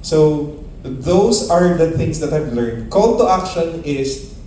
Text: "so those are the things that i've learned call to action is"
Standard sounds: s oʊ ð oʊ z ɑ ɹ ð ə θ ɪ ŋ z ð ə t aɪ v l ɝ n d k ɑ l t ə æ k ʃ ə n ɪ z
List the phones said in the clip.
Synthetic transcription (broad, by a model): s oʊ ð oʊ s ɑ ɹ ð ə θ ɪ ŋ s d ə t aɪ v l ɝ n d k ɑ l t ə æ k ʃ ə n ɪ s